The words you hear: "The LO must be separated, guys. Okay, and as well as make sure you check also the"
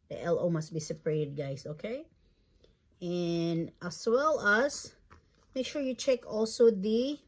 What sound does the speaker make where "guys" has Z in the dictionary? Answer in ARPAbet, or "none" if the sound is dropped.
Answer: S